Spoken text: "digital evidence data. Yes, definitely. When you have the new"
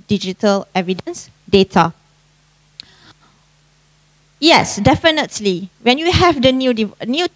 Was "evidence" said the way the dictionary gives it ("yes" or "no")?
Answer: yes